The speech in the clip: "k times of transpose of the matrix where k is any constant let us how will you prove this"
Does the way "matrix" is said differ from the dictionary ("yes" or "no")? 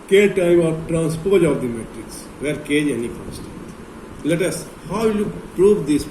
no